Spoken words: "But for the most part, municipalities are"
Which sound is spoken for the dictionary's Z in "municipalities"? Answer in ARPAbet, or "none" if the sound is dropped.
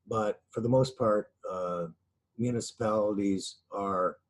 Z